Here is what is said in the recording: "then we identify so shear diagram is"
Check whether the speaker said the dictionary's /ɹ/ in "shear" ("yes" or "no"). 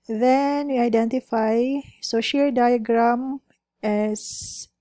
no